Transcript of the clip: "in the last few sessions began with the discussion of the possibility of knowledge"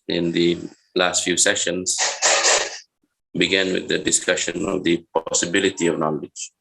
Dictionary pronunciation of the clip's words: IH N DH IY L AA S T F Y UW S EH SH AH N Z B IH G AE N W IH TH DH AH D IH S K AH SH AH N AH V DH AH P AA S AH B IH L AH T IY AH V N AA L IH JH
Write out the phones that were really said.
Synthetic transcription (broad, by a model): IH N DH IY L AA S T F Y UW S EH SH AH N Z B IH G AE N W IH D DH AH D IH S K AH SH AH N AH V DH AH P AA S AH B IH L AH T IY AH V N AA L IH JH